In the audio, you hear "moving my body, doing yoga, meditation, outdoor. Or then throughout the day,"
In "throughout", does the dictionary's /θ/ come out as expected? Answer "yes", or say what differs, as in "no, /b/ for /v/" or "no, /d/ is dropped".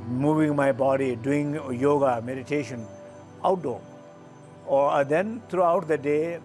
no, /t/ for /θ/